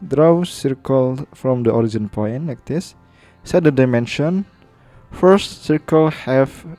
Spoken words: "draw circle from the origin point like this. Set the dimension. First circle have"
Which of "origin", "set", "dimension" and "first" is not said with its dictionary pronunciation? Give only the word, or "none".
none